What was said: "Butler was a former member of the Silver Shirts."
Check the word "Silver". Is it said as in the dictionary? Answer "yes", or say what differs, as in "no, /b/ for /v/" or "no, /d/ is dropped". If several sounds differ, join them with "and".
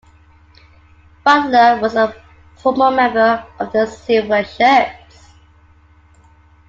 no, /l/ is dropped